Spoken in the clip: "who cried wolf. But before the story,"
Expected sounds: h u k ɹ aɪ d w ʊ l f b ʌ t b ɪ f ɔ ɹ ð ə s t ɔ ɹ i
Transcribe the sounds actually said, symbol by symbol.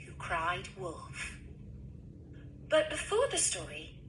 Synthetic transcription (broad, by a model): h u k ɹ aɪ d w ʊ l f b ʌ t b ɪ f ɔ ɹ ð ə s t ɔ ɹ i